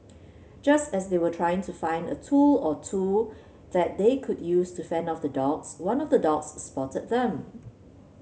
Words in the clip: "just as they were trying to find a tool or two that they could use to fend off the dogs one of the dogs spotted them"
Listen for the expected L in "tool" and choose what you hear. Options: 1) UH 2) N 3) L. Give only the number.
3